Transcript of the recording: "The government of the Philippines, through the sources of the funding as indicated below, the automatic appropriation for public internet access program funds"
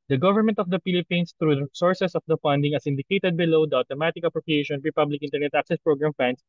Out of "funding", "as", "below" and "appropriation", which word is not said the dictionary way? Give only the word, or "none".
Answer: as